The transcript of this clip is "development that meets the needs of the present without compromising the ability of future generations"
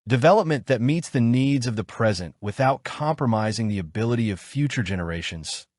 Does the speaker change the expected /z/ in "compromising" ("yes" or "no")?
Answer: no